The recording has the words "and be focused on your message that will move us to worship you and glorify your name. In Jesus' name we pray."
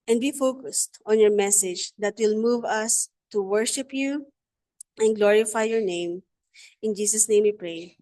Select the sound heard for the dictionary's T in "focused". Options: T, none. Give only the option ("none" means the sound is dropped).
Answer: T